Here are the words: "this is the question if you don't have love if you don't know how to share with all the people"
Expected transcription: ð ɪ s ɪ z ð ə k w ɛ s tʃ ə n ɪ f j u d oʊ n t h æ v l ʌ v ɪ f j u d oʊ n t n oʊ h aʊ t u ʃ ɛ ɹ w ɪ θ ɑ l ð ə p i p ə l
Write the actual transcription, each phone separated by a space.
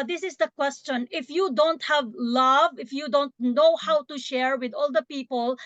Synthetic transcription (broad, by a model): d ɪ s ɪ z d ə k w ɛ s tʃ ə n ɪ f j u d oʊ n t h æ v l ʌ v ɪ f j u d oʊ n t n oʊ h aʊ t u ʃ ɛ ɹ w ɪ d ɑ l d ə p i p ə l